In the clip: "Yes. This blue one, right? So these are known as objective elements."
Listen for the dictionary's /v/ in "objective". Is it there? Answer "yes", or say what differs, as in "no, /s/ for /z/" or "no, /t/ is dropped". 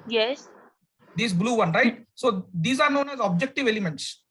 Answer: yes